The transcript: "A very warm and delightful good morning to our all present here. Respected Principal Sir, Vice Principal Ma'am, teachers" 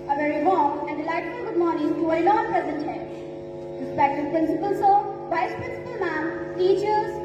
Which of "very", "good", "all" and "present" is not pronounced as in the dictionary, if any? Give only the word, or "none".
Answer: all